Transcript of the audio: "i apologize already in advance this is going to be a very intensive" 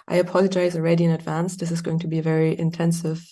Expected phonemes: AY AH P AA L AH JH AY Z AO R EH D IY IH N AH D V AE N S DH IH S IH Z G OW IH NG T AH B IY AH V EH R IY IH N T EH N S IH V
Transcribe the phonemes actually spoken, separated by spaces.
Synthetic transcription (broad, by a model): AY AH P AA L AH JH AY Z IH R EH D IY IH N AH D V AE N S DH IH S IH Z G OW IH NG T AH B IY AH V EH R IY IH N T EH N S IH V